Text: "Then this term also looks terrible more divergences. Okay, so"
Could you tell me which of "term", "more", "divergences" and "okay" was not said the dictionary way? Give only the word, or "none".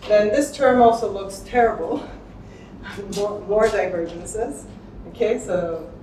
none